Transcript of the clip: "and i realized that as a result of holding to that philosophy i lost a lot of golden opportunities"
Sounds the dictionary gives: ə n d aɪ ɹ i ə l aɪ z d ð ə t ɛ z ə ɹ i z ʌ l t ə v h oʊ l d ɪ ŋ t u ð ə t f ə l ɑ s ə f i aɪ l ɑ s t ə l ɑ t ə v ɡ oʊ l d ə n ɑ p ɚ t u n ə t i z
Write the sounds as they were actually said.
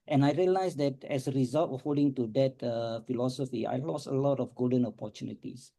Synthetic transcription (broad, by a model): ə n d aɪ ɹ i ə l aɪ s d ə t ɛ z ə ɹ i z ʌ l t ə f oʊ d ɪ ŋ t u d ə t f ə l ɑ s ə f i aɪ l ɑ s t ə l ɑ t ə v ɡ oʊ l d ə n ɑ p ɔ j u n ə t i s